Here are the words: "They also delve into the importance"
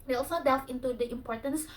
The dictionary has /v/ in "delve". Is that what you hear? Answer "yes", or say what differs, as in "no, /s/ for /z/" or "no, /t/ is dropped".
no, /f/ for /v/